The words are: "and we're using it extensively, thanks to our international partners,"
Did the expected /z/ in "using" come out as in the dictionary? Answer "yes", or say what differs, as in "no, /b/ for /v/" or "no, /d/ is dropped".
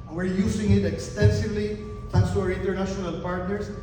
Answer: no, /s/ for /z/